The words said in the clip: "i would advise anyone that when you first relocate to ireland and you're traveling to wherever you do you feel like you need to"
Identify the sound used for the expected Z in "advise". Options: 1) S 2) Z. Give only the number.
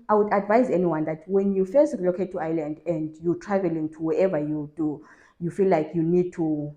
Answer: 2